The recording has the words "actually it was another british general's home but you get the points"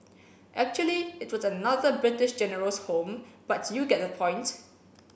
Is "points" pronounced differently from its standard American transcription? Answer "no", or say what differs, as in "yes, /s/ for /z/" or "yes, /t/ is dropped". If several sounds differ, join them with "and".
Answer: yes, /s/ is dropped